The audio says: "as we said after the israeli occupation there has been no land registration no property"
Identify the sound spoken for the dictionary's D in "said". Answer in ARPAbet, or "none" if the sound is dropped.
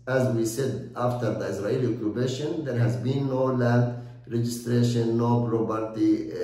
D